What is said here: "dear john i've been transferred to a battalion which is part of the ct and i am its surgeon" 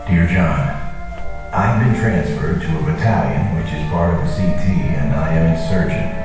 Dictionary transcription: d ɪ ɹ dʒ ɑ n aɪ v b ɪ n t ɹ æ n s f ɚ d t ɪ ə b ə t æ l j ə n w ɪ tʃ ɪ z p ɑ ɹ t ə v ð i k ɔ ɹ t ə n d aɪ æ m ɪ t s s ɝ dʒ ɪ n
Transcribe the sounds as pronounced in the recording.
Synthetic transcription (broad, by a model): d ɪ ɹ dʒ ɑ n aɪ v b ɪ n t ɹ æ n s f ɚ d t ɪ ə b ə t æ l j ə n w ɪ tʃ ɪ z b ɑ ɹ ə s i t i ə n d aɪ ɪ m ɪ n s s ɝ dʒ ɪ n